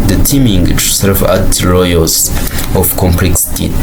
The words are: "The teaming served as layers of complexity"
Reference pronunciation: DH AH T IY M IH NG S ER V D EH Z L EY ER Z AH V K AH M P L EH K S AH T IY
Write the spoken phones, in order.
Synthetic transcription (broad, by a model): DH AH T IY M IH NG S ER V AA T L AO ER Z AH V K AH M P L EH K S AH T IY